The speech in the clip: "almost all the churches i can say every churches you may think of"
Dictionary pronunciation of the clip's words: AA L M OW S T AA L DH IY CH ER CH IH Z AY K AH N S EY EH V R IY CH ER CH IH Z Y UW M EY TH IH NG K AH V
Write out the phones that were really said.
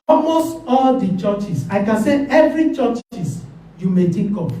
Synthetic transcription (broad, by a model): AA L M OW S T AA L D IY CH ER CH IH S AY K AH N S EY EH V R IY CH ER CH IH S Y UW M EY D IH K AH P